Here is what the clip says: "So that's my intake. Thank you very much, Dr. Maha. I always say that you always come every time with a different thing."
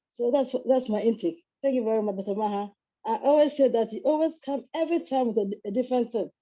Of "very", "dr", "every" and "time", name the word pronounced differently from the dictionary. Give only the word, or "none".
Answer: dr